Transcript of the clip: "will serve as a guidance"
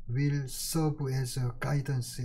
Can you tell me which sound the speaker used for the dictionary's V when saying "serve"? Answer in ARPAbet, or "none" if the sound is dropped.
B